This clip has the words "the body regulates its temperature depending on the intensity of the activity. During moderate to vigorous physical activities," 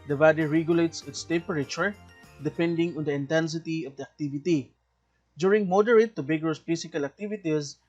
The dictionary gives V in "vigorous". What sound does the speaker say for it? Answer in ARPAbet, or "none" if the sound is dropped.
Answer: B